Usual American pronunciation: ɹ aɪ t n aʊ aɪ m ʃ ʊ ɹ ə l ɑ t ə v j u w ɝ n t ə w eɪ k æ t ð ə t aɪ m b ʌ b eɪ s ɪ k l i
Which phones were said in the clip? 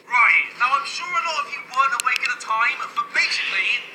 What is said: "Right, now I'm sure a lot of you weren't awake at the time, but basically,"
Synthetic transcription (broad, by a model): ɹ aɪ t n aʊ aɪ m ʃ ʊ ɹ ə n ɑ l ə f j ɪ w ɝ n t ə w eɪ k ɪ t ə t aɪ m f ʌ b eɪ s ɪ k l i